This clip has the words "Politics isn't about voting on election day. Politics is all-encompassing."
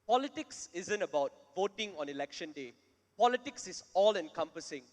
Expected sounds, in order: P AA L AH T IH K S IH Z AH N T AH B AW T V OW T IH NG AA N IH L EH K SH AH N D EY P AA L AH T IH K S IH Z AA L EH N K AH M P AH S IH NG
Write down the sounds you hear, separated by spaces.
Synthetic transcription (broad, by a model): P AA L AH T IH K S IH Z AH N T AH B AW T V OW T IH NG AA N IH L EH K SH AH N D EY P AA L AH T IH K S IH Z AA L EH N K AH M P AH S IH NG